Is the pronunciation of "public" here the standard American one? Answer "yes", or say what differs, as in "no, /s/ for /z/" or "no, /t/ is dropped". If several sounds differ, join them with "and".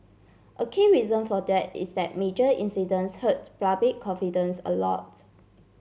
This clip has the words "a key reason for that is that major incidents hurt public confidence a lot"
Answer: no, /l/ is dropped